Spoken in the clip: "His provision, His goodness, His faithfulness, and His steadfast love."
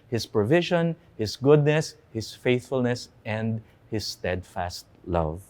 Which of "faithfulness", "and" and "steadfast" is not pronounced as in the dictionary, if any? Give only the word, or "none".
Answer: none